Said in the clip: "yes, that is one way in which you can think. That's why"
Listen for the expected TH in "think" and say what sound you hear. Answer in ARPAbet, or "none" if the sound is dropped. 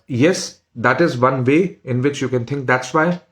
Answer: T